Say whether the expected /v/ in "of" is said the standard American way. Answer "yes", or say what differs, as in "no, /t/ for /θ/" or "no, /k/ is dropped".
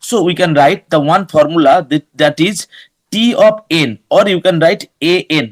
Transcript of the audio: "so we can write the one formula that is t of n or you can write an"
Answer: no, /p/ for /v/